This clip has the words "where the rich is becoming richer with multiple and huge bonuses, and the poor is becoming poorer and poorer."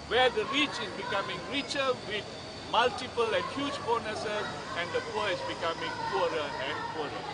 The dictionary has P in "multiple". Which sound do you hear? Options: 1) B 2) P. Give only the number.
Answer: 2